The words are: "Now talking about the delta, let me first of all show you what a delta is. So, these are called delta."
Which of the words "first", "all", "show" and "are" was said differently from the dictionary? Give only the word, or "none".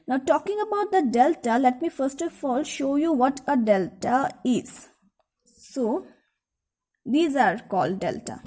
none